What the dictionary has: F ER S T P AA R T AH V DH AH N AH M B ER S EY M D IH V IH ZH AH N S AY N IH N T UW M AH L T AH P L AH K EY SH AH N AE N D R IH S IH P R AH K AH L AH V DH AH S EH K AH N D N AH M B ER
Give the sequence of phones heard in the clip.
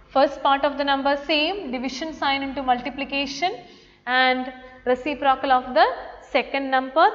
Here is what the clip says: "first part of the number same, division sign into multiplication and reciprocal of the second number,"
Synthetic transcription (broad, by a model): F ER S T P AA R T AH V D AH N AH M B ER S EY M D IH V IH SH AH N S AY N IH N T UW M AH L T AH P L AH K EY SH AH N AE N D R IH S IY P R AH K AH L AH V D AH S EH K AH N D N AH M B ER